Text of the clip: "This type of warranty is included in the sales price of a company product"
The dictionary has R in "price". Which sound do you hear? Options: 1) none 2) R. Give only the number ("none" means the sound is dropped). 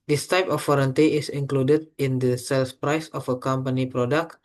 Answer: 2